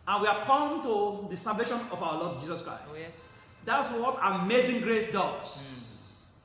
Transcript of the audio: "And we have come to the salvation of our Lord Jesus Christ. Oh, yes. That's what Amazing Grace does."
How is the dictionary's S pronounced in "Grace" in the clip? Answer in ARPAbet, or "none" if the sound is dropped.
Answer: S